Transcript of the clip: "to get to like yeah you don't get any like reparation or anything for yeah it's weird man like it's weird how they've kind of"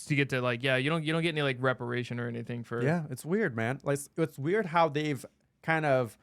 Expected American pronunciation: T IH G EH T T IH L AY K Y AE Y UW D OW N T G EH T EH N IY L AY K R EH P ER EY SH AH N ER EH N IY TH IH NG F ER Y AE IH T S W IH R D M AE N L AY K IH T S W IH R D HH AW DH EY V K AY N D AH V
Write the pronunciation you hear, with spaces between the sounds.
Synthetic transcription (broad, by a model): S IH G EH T T IH L AY K Y AE Y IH D OW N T G EH T EH N IY L AY K R EH P ER EY SH AH N ER EH N IY TH IH NG F ER Y AE IH T S W IH R D M AE N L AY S IH T S W IH R D HH AW DH EY V K AY N D AH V